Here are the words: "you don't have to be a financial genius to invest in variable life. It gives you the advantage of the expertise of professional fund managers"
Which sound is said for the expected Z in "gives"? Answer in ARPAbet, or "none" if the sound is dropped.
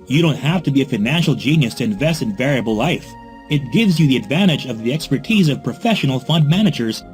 Z